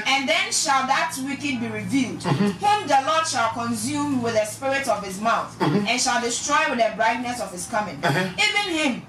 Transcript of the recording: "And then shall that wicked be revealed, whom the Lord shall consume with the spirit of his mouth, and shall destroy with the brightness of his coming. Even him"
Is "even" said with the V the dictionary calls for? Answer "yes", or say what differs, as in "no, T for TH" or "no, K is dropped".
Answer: yes